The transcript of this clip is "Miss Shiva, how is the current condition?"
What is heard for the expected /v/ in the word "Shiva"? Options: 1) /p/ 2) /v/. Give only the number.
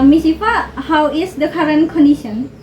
1